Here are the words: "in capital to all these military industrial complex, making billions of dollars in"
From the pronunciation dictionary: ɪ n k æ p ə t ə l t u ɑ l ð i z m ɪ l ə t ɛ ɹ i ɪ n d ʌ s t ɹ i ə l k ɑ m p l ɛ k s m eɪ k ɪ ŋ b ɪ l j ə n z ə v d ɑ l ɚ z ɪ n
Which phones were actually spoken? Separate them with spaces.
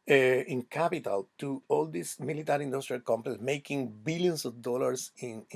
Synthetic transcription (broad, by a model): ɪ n k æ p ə t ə l t u ɑ l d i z m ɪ l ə t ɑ ɹ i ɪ n d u s t ɹ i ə l k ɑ m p ɛ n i m eɪ k ɪ ŋ b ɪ l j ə n s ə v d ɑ l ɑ s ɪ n